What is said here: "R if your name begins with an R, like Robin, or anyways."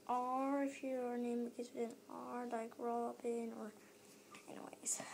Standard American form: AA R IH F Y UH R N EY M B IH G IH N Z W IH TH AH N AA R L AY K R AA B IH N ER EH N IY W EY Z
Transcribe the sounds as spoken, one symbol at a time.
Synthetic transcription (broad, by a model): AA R IH F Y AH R N EY M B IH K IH Z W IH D AH N AA R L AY K R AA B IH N ER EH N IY W EY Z